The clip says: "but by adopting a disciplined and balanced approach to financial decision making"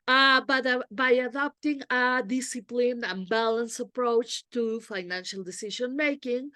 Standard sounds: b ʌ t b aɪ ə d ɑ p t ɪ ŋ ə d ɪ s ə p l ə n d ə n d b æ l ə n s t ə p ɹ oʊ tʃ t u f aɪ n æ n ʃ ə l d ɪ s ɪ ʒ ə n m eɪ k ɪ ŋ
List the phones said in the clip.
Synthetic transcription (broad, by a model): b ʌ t b aɪ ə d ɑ p t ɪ ŋ ə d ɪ s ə p l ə n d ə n b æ l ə n s ə p ɹ oʊ tʃ t u f aɪ n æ n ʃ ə l d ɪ s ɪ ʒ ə n m eɪ k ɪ ŋ